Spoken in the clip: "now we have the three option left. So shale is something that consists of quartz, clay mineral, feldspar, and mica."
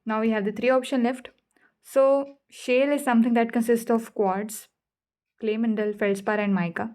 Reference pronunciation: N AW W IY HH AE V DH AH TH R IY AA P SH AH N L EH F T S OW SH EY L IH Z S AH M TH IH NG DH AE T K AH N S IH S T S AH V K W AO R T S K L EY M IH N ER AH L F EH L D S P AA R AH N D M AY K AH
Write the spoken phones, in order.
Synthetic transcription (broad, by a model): N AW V IY HH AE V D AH T R IY AA P SH AH N L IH F T S OW SH EY L IH Z S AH M T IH NG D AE T K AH N S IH S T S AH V K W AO R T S K L EY M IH N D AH L F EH L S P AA R AH N D M AY K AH